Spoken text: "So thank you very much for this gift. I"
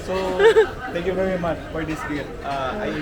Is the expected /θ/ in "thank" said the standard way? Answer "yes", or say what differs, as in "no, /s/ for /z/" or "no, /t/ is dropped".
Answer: no, /t/ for /θ/